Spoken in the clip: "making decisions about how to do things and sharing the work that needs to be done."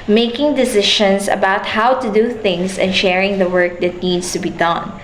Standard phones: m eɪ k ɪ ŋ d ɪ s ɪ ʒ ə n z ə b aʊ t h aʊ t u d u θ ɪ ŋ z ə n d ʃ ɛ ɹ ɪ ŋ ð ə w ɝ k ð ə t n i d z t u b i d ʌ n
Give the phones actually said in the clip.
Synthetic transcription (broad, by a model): m eɪ k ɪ ŋ d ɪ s ɪ ʃ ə n s ə b aʊ t h aʊ t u d u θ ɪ ŋ s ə n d ʃ ɛ ɹ ɪ ŋ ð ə w ɝ k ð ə t n i d s t u b i d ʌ n